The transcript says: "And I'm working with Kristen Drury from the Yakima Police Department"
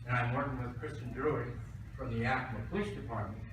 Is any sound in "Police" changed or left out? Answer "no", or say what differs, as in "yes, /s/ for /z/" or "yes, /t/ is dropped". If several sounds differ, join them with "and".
yes, /ʃ/ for /s/